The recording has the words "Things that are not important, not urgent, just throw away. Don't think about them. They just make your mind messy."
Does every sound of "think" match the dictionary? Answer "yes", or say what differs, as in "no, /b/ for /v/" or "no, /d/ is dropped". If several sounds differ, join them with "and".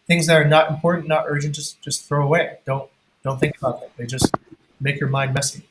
yes